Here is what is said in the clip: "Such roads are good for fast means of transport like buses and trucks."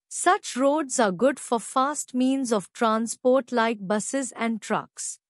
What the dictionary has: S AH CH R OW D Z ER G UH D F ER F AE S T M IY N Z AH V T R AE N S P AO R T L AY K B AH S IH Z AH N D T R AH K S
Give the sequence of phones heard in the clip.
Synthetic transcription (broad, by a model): S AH CH R OW D Z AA G UH D F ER F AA S T M IY N Z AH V T R AE N S P AO R T L AY K B AH S IH Z AH N D T R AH K S